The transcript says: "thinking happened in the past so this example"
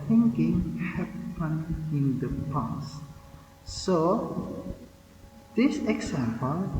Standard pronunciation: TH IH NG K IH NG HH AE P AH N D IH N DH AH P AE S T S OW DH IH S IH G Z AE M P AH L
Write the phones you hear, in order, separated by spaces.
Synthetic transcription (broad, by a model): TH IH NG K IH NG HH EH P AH N IH N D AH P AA S S OW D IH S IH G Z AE M P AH L